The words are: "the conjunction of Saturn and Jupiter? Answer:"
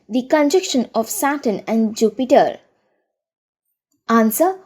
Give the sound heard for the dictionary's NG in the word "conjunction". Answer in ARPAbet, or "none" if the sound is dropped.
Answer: none